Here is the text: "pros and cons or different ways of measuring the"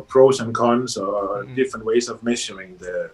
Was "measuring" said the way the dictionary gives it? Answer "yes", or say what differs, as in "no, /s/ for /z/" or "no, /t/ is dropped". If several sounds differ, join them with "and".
no, /ʃ/ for /ʒ/